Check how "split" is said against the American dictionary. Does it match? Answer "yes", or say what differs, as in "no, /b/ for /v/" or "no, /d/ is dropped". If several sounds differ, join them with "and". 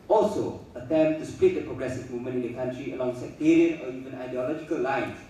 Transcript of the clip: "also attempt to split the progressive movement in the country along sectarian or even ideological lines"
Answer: yes